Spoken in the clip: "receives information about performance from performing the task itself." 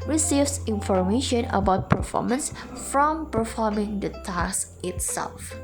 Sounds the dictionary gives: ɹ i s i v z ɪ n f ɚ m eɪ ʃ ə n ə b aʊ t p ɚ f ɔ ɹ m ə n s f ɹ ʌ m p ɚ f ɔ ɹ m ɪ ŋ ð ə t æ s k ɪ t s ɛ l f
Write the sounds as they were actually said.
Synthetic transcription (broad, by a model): ɹ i s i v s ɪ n f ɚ m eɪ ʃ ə n ə b aʊ t p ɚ f ɔ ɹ m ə n s f ɹ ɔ m p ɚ f ɔ m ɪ ŋ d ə t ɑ s ɪ t s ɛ l f